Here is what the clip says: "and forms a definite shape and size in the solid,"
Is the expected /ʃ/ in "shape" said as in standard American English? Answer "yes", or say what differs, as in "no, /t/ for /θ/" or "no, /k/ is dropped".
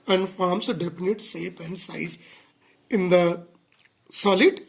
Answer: no, /s/ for /ʃ/